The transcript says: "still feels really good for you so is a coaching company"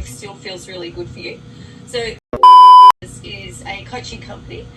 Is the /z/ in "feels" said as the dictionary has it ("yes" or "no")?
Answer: yes